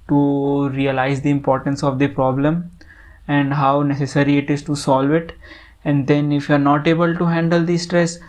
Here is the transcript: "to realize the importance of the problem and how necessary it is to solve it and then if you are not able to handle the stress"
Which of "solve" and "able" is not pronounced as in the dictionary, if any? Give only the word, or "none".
none